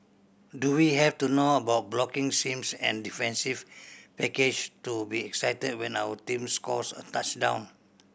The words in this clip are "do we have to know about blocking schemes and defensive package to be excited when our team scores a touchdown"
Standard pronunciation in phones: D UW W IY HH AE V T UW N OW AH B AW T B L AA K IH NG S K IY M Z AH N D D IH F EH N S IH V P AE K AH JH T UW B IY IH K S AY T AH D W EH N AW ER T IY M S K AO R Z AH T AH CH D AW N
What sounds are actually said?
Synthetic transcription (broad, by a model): D UW W IY HH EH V T UW N OW AH B AW T B L AA K IH NG S IY M S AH N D D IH F EH N S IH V P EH K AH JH T UW B IY IH K S AY T AH D W EH N AW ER T IY M S K AO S AH T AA CH D AW N